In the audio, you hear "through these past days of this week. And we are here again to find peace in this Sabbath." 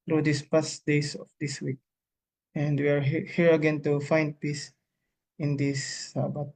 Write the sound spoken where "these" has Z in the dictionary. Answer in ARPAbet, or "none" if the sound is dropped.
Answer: S